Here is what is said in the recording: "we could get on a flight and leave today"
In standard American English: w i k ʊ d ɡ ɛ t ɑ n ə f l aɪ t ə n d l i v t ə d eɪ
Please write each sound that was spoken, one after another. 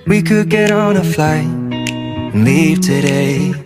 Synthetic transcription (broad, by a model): w i k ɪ d ɡ ɛ t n ə f l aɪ ə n l i v t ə d eɪ